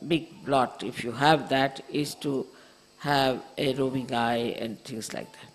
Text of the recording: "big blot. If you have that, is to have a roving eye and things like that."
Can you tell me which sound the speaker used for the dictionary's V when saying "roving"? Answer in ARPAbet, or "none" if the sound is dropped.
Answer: B